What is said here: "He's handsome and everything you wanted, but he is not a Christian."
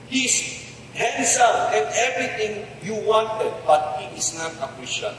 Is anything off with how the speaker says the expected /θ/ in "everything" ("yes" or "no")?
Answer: yes